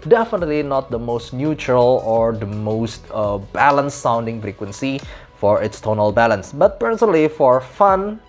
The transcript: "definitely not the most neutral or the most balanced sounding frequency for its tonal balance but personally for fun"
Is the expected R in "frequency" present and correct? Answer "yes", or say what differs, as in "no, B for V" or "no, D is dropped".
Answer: yes